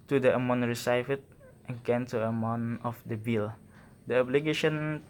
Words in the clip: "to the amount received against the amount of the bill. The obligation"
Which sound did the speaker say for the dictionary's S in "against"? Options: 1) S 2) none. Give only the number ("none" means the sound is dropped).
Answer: 2